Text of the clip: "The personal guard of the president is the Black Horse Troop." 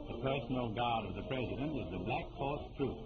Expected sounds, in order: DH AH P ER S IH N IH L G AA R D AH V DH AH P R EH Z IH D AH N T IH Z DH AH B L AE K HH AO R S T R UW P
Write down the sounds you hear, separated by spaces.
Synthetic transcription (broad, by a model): DH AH P ER S N L G AA R D AH V DH AH P R EH Z IH D AH N T IH Z DH AH B L AE K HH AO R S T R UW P